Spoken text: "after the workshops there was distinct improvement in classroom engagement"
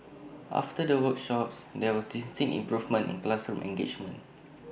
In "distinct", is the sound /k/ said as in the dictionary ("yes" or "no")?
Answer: no